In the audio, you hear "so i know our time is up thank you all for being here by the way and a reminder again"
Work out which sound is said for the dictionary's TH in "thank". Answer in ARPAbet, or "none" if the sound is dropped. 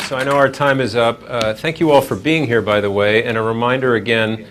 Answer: TH